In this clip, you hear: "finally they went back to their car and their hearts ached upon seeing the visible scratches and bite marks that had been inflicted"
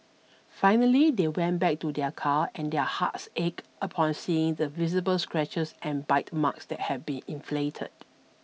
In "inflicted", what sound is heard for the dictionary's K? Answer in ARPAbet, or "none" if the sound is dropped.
none